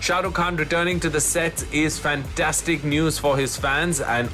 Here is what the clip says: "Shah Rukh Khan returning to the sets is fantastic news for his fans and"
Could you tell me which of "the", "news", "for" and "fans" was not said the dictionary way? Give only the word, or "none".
none